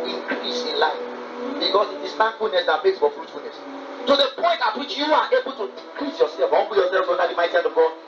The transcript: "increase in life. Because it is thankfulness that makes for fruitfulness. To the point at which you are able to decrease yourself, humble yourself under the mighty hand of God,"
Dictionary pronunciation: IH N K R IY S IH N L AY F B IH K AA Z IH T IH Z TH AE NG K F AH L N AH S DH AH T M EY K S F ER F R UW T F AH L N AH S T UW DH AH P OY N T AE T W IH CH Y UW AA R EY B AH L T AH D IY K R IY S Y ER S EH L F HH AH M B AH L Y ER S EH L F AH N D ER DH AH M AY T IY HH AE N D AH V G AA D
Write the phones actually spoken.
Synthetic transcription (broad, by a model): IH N K R IY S IH N L AY F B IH K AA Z IH T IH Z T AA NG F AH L N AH S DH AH T M EY K S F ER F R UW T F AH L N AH S T UW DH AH P OY N T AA T W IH CH Y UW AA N EY B AH L T AH D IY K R IY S Y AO S EH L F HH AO B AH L Y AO S EH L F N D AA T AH M AY T IY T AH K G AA